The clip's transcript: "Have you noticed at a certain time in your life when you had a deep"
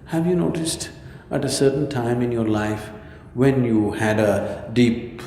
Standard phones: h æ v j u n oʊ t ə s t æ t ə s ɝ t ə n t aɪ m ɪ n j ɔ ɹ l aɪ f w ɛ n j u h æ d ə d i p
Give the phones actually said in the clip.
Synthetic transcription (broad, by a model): h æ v j u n oʊ t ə s t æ t ə s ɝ t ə n t aɪ m ɪ n j ɔ ɹ l aɪ f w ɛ n j u h æ d ə d i p